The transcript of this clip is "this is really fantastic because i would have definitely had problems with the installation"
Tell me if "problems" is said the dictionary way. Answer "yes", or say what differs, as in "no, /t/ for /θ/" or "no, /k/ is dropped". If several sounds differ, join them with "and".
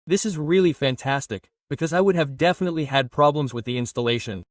yes